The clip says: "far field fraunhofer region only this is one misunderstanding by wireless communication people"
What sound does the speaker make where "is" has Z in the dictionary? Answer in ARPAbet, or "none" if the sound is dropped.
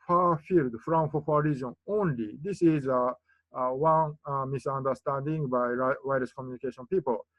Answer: Z